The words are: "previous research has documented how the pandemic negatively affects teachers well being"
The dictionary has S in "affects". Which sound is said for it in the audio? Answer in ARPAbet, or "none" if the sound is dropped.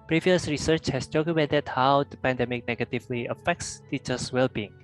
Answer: S